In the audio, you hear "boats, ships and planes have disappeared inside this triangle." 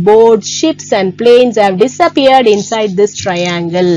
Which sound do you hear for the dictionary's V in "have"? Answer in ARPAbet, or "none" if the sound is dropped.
V